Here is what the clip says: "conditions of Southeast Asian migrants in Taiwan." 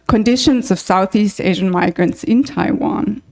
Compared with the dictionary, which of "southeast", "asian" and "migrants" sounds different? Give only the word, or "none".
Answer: none